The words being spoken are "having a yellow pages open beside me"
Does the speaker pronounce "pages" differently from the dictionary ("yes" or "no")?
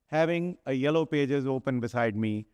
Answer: no